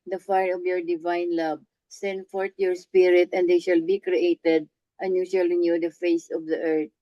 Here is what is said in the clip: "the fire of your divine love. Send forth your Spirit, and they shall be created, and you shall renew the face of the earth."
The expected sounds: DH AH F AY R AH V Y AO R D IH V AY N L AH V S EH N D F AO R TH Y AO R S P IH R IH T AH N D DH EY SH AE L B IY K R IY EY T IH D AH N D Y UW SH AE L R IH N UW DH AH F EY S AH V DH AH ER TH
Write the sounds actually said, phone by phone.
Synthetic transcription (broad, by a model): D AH F AY R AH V Y AO R D IH V AY N L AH B S EH N D F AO R T Y AO R S P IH R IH T AH N D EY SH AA L B IY K R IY EY T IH D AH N Y UW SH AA L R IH N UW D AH F EY S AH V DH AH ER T